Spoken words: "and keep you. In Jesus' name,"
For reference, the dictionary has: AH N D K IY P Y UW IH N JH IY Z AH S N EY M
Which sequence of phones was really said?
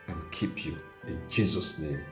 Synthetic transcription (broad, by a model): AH N K IY P Y UW IH N JH IY Z AH S N EY M